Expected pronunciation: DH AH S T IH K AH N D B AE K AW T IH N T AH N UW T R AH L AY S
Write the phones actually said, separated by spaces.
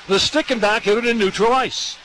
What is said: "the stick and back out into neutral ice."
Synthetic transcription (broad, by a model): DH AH S T IH K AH N B AE K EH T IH T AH N UW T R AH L AY S